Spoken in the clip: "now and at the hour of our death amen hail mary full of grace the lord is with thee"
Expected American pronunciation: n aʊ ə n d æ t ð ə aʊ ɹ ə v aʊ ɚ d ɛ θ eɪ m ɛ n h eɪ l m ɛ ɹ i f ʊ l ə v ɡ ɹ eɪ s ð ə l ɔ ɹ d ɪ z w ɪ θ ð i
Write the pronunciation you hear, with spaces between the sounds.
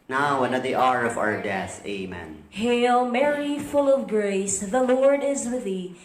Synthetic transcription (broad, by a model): n aʊ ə n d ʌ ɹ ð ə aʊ ɹ ə v aʊ ɚ d ɛ θ eɪ m ɛ n h eɪ l m ɛ ɹ i f ʊ l ə v ɡ ɹ eɪ s ð ə l ɔ ɹ d ɪ z w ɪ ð i